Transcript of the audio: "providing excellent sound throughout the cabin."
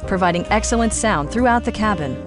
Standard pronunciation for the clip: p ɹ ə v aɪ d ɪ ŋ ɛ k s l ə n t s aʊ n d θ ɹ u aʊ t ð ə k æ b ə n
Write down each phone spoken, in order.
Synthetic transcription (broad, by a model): p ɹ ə v aɪ d ɪ ŋ ɛ k s l ə n t s aʊ n d θ ɹ u aʊ t ð ə k æ b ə n